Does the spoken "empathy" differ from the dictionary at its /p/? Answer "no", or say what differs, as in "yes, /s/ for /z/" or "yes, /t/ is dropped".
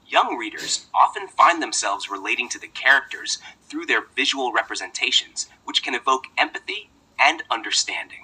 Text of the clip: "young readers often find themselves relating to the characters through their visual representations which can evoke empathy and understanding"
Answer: no